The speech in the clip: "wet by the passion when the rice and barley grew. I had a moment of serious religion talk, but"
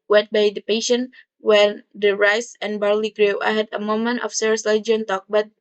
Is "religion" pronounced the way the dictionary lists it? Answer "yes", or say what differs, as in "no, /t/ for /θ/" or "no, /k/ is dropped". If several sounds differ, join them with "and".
no, /l/ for /ɹ/ and /dʒ/ is dropped